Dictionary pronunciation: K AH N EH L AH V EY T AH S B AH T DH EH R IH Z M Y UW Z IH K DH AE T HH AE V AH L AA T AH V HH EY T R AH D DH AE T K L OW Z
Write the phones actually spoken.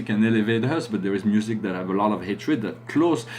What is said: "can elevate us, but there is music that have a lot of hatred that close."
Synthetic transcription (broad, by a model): K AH N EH L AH V EY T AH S B AH T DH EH R IH Z M Y UW Z IH K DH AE T HH AE V AH L AA T AH V HH EY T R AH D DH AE T K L OW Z